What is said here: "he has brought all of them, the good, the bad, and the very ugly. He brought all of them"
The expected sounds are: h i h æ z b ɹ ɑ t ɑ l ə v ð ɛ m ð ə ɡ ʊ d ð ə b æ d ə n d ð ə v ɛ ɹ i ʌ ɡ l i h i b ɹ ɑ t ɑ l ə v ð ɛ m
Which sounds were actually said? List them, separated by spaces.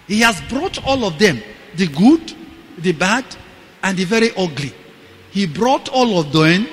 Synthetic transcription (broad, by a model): h i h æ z b ɹ ɑ t ɑ l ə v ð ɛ m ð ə ɡ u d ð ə b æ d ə n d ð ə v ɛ ɹ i ʌ ɡ l i h i b ɹ ɑ t ɑ l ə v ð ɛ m